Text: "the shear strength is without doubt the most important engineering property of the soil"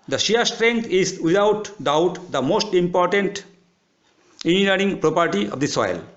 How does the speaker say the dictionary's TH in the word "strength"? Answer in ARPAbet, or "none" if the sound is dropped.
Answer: T